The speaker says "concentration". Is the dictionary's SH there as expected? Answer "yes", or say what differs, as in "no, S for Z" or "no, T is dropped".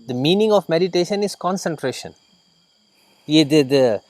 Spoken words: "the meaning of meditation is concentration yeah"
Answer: yes